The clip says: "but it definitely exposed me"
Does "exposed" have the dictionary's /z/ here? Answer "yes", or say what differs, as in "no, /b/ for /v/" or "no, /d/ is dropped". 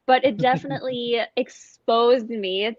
yes